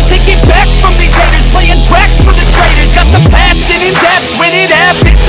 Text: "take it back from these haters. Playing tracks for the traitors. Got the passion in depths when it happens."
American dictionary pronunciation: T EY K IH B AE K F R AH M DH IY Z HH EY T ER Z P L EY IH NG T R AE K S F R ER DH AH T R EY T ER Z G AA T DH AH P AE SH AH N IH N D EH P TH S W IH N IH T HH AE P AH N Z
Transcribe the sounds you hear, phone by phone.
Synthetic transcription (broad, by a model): T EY K IH B AE K F R AH M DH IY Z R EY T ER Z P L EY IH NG T R AE K S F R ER DH AH T R EY T ER Z G AA T DH AH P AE S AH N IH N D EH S W IH N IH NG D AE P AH